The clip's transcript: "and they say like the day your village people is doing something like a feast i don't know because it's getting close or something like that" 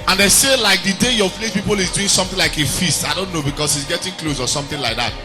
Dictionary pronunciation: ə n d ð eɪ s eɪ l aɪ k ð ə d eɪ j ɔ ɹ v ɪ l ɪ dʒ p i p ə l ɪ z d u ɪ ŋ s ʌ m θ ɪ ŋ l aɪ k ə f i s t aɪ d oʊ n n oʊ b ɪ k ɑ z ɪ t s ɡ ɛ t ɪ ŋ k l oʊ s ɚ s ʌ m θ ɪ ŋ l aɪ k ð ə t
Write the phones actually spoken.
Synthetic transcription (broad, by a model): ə n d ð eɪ s eɪ l aɪ k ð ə d eɪ j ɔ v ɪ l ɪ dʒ p i p ə l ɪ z d u ɪ ŋ s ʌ m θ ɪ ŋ l aɪ k ə f i s t aɪ d oʊ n n oʊ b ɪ k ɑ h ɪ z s ɡ ɛ t ɪ ŋ k l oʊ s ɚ s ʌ m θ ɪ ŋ l aɪ k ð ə t